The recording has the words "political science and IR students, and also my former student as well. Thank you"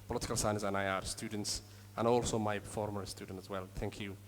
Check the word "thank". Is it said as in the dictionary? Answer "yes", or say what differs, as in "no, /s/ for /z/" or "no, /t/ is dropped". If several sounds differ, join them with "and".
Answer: yes